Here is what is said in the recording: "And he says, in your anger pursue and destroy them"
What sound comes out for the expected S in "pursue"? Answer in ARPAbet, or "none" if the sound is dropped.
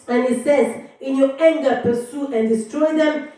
S